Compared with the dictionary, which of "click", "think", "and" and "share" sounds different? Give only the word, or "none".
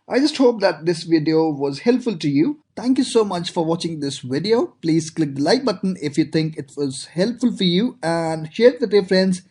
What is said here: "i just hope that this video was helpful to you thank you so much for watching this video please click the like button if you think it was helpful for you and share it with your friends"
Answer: think